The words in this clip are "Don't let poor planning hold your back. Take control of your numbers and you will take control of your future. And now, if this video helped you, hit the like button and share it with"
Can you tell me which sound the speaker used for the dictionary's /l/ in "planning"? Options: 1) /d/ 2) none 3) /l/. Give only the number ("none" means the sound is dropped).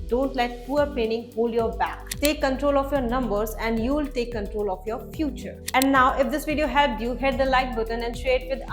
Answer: 2